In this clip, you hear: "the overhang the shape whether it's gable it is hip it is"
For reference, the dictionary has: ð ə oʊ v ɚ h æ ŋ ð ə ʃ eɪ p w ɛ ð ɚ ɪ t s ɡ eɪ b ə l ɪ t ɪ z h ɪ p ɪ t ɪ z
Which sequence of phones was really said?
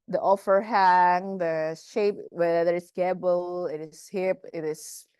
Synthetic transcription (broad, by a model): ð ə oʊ f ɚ h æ ŋ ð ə ʃ eɪ p w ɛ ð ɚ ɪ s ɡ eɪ b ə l ɪ t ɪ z h ɪ p ɪ t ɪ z